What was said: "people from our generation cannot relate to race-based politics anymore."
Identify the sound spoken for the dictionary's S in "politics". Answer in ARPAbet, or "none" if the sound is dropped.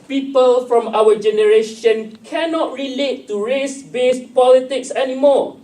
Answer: S